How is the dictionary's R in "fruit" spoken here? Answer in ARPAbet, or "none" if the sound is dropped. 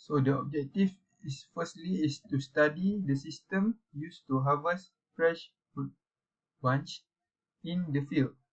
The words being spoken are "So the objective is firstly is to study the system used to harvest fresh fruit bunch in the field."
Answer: none